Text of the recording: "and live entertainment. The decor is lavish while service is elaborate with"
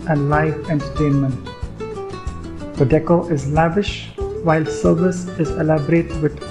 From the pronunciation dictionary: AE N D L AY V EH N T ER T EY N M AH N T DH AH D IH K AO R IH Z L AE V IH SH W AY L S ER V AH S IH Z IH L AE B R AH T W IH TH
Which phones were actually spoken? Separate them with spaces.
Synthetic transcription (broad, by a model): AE N D L AY F EH N T ER T EY N M AH N T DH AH D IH K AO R IH Z L AE V IH SH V AY L S ER V AH S IH Z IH L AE B R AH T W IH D